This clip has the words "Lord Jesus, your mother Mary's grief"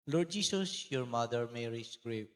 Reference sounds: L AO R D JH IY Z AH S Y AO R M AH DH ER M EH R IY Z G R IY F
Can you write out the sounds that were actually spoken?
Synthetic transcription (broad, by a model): L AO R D JH IY S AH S Y AO R M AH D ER M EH R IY S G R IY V